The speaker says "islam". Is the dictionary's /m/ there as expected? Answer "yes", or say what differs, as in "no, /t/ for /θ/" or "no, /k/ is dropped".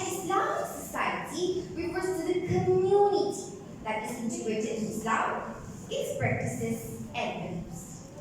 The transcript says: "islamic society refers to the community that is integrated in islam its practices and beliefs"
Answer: no, /m/ is dropped